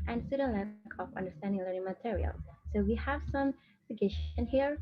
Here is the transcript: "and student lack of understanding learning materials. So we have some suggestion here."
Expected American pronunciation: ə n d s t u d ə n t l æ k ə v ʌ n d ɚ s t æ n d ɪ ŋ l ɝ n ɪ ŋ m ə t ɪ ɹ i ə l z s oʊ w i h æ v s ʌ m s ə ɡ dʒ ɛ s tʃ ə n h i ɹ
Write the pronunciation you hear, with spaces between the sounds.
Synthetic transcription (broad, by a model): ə n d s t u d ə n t l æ k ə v ʌ n d ɚ s t æ n d ɪ ŋ l ɝ n ɪ ŋ m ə t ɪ ɹ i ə l s oʊ w i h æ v s ʌ m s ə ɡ ɛ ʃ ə n h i ɹ